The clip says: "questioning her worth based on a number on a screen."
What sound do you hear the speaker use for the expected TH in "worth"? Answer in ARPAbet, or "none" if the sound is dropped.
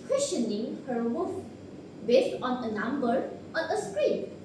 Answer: F